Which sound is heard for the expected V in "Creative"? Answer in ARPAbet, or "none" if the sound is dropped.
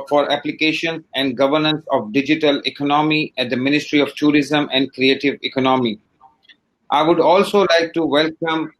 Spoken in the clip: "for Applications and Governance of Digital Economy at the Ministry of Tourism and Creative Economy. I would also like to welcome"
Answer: V